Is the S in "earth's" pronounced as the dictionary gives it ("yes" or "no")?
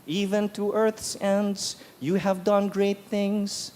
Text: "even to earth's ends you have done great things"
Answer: yes